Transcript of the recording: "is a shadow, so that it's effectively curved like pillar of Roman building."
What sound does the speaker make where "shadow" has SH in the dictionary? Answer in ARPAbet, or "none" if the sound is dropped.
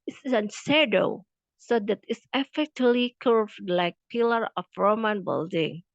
S